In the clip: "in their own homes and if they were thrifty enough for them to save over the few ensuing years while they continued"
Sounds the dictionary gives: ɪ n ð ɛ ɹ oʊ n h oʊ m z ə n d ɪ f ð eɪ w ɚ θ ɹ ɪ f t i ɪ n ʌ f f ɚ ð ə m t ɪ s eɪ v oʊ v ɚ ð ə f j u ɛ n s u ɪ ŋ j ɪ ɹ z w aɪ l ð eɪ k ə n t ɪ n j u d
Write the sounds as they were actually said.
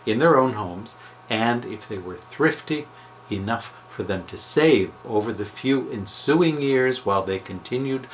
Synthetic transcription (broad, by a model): ɪ n ð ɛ ɹ oʊ n h oʊ m z ə n d ɪ f ð eɪ w ɚ θ ɹ ɪ f t i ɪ n ʌ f f ɚ ð ə m t ɪ s eɪ v oʊ v ɚ ð ə f j u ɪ n s u ɪ ŋ j ɪ ɹ z w aɪ l ð eɪ k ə n t ɪ n j u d